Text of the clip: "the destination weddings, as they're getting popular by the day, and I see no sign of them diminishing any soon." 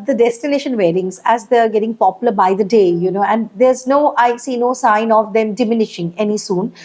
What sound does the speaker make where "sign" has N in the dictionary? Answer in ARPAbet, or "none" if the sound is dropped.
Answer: N